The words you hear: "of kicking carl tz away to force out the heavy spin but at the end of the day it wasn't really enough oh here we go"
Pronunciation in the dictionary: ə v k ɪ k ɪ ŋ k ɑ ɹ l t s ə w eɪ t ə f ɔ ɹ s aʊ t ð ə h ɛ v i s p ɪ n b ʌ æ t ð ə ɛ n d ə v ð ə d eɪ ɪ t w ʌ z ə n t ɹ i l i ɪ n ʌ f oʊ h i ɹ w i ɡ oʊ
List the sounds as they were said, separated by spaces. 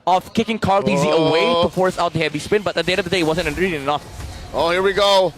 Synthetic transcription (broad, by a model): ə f k ɪ k ɪ ŋ k ɑ ɹ l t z ə w eɪ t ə f ɔ ɹ s aʊ t ð ə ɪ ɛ b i s p ɪ n b ʌ t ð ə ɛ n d ə v ð ə d eɪ ɪ t w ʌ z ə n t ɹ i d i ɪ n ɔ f oʊ h i ɹ w i ɡ oʊ